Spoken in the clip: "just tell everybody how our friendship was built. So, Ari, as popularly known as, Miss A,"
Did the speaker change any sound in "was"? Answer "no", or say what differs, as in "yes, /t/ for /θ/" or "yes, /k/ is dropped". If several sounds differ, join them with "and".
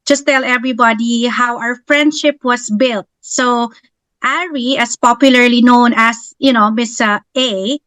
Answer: yes, /s/ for /z/